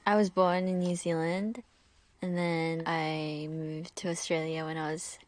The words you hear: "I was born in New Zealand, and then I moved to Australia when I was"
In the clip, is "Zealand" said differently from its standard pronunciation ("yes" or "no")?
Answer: no